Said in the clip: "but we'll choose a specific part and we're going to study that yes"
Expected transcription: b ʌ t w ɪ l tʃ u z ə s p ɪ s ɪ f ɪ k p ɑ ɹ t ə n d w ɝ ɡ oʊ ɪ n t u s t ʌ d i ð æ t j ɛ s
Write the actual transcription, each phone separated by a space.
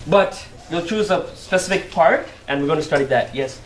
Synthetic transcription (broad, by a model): b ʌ t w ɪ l tʃ u z ə s p ɪ s ɪ f ɪ k p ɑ ɹ t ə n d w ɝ ɡ oʊ ɪ n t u s t ʌ d i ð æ t j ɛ s